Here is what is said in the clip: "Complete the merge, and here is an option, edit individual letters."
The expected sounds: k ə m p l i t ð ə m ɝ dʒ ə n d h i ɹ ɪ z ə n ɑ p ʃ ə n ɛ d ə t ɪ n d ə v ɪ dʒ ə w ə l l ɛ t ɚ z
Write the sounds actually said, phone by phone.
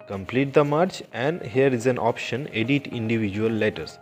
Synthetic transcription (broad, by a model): k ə m p l i t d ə m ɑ tʃ ə n d h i ɹ ɪ z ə n ɑ p ʃ ə n ɛ d ə t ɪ n d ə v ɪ dʒ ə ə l l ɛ t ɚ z